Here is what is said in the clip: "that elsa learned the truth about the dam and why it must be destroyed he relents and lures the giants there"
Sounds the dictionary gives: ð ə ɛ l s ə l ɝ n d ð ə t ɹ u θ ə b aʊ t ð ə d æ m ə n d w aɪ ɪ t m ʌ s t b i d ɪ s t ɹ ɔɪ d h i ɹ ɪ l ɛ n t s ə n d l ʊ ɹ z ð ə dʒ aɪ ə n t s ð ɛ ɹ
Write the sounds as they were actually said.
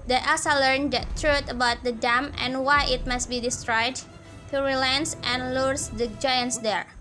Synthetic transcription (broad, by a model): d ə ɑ s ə l ɝ n d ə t ɹ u t ə b aʊ t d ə d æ m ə n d w aɪ ɪ t m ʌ s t b i d ɪ s t ɹ ɔɪ d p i ɹ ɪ l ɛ n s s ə n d l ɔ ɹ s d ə dʒ aɪ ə n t s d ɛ ɹ